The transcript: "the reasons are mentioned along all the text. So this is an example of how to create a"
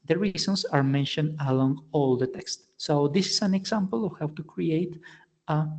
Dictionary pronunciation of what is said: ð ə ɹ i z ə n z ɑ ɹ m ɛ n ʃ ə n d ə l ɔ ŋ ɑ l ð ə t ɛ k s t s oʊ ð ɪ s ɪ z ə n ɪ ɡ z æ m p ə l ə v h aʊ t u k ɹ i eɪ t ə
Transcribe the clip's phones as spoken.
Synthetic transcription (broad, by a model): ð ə ɹ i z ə n s ɑ ɹ m ɛ n ʃ ə n d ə l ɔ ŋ ɑ l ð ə t ɛ k s t s oʊ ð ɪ s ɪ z ə n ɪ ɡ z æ m p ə l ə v h aʊ t u k ɹ i eɪ t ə